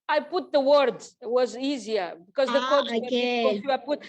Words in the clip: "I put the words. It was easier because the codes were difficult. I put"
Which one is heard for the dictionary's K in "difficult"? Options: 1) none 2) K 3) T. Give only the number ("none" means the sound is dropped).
1